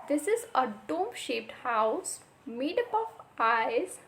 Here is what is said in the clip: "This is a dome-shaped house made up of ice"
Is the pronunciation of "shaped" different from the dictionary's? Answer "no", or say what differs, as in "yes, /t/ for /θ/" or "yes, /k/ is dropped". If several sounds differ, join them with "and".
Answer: no